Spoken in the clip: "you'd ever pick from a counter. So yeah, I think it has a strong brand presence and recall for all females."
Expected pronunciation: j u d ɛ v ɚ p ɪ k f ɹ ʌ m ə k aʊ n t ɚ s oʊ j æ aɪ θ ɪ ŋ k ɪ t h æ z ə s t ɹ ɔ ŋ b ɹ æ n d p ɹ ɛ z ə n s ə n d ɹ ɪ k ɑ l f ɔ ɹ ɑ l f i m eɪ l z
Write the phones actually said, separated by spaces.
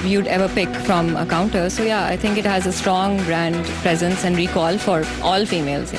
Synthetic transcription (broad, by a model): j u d ɛ v ɚ p ɪ k f ɹ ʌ m ə k aʊ n t ɚ s oʊ j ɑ aɪ t ɪ ŋ k ɪ t h æ z ə s t ɹ ɔ ŋ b ɹ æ n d p ɹ ɛ z ə n s ə n d ɹ ɪ k ɑ l f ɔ ɹ ɑ l f i m eɪ l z